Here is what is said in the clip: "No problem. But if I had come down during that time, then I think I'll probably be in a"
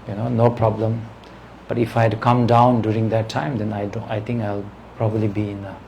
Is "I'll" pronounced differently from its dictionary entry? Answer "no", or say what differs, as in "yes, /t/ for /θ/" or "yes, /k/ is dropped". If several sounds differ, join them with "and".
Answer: no